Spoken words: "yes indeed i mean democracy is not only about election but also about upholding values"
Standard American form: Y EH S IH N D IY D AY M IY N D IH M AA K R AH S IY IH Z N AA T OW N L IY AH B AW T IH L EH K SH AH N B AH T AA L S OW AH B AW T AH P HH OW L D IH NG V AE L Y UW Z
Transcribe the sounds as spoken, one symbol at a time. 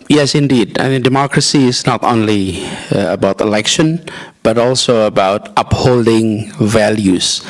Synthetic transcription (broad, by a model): Y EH S IH N D IY D AY M IY N D IH M AA K R AH S IY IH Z N AA T OW N L IY AH B AW T IH L EH K SH AH N B AH T AA L S OW AH B AW T AH P HH OW L D IH NG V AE L Y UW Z